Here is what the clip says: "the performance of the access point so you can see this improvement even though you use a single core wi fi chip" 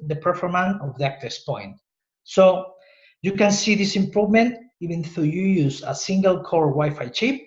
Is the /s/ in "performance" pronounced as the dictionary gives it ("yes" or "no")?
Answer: no